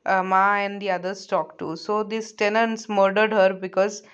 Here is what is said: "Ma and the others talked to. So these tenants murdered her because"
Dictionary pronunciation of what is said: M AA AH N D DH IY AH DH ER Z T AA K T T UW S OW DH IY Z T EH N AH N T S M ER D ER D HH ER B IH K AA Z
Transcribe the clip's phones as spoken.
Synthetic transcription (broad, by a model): M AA AH N D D IY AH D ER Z T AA K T T UW S OW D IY S T EH N AH N T S M ER D ER D HH ER B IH K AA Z